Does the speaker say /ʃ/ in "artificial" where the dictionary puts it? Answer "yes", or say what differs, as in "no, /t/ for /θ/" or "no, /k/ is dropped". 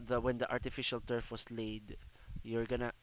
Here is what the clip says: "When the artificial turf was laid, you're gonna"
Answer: yes